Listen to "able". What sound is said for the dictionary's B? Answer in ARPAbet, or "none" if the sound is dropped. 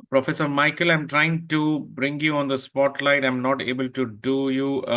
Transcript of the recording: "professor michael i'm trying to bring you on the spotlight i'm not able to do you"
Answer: B